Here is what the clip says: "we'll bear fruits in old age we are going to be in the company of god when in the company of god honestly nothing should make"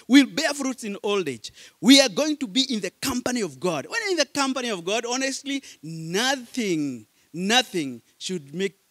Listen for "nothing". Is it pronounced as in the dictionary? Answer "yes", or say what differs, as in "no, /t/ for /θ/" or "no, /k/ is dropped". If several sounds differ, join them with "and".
yes